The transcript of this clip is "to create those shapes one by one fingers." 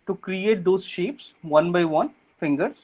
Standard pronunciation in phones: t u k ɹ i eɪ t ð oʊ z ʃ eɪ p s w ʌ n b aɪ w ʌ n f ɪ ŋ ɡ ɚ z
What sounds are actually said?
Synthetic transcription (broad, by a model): t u k ɹ i eɪ t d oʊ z ʃ eɪ p s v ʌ n b aɪ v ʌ n f ɪ ŋ ɡ ɚ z